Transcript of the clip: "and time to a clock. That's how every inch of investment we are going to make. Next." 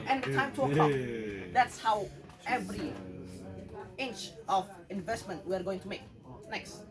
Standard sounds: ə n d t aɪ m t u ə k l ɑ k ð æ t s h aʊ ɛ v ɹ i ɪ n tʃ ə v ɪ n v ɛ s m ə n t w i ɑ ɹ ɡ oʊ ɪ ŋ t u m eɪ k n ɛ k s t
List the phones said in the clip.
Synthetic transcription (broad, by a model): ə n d t aɪ m t u ə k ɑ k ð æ t s h aʊ ɛ v ɹ i ɪ n tʃ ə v ɪ n v ɛ s m ə n t w i ɑ ɹ ɡ oʊ ɪ ŋ t u m eɪ k n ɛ k s t